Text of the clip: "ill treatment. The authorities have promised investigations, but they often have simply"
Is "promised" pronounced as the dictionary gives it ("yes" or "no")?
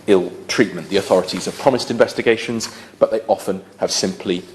yes